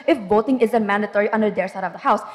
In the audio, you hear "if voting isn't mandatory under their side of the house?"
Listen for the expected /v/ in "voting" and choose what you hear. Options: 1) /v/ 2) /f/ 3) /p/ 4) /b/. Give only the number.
4